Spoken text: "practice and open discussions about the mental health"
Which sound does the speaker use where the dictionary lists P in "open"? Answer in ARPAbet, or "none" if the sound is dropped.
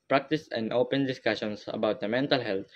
P